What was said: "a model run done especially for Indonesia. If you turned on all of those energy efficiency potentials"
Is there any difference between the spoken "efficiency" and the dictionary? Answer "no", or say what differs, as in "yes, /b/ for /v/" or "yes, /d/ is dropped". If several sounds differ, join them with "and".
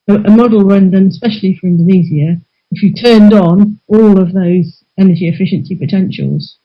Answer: no